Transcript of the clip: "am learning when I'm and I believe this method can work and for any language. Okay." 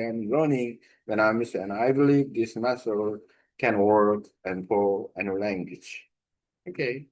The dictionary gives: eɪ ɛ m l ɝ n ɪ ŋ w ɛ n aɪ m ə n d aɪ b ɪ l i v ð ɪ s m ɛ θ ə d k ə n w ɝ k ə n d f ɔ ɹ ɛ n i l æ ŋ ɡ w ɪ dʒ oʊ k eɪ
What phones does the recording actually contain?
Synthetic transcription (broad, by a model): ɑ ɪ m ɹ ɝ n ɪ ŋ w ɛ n aɪ m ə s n aɪ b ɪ l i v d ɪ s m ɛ s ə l k ə n w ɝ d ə n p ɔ l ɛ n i l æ ŋ ɡ w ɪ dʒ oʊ k eɪ